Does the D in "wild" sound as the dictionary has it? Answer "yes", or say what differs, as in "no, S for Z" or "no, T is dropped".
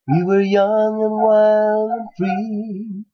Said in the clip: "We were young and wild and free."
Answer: no, D is dropped